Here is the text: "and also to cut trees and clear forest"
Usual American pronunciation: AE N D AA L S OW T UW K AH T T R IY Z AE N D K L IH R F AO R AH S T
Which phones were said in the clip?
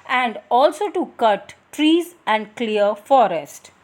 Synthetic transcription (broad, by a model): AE N D AA L S OW T UW K AH T T R IY Z AE N D K L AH R F AO R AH S T